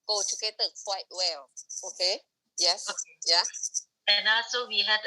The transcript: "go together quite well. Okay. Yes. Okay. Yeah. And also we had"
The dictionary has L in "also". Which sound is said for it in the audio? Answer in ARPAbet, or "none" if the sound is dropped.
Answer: none